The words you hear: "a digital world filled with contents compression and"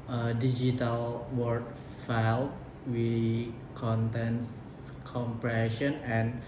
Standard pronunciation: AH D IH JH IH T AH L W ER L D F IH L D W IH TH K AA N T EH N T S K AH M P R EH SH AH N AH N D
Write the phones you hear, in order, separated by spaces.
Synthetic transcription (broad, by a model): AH D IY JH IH T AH L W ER D F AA L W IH K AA N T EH N S K AH M P R EH SH AH N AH N